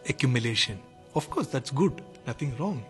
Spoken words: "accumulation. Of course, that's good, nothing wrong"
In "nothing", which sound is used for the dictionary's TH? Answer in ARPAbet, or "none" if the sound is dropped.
T